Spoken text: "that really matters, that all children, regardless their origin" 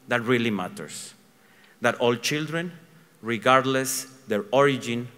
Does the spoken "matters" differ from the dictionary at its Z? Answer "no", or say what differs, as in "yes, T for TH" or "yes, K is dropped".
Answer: yes, S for Z